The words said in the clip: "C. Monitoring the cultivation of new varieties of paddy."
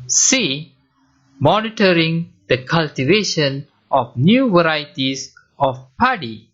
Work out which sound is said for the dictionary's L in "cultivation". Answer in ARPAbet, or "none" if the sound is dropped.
L